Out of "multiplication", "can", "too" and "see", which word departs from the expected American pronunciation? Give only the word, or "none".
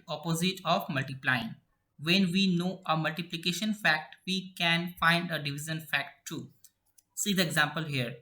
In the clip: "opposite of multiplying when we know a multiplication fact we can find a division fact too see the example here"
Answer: none